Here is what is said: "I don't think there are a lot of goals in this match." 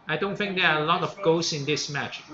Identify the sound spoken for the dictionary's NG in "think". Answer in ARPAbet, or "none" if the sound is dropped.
NG